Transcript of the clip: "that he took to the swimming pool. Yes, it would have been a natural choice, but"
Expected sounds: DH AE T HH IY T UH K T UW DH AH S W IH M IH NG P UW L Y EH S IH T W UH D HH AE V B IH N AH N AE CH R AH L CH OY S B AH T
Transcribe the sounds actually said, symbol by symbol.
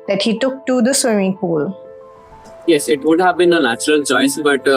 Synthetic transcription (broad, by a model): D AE T HH IY T UH K T UW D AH S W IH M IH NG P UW L Y EH S IH T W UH D HH AE V B IH N AH N AE CH R AH L CH OY S B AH T